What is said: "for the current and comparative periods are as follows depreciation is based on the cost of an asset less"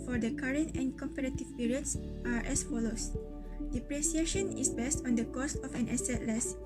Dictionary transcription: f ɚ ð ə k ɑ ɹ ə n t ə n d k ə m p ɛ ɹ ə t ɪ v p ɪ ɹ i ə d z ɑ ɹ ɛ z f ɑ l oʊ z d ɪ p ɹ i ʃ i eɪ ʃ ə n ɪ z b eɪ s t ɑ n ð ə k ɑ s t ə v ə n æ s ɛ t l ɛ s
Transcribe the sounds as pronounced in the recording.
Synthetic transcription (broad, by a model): f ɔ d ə k ɑ ɹ ə n t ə n k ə m p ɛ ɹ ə t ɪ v p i ɹ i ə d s ɑ ɹ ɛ s f ɑ l oʊ s d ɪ p ɹ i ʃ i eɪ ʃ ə n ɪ s b eɪ s t ɑ n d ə k ɑ s t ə f ə n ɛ s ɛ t l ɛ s